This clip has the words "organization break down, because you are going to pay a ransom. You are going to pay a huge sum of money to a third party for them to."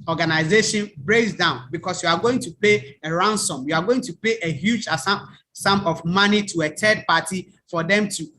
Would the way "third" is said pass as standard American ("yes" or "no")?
no